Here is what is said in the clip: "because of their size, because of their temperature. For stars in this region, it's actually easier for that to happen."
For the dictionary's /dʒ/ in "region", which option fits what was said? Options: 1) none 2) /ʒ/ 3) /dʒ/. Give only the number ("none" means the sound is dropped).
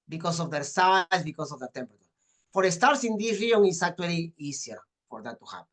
1